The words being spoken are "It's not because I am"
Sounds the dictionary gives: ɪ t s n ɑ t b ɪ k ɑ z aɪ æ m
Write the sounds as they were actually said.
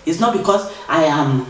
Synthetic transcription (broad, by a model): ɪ t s n ɑ t b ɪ k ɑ s aɪ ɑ m